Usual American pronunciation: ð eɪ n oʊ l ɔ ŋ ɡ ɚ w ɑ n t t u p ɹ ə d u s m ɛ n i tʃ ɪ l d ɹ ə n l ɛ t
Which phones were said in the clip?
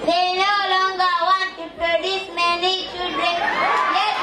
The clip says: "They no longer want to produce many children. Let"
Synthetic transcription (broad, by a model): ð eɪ n oʊ l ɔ ŋ ɡ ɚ w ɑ n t t u p ɹ ə d u s m ɛ n i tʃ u d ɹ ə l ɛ